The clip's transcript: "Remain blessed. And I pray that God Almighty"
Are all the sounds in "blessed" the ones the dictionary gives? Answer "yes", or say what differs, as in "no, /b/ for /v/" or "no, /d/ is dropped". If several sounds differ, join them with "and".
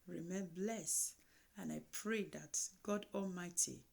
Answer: no, /t/ is dropped